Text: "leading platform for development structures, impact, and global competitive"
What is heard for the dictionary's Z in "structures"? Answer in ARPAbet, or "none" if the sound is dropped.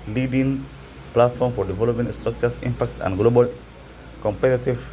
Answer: S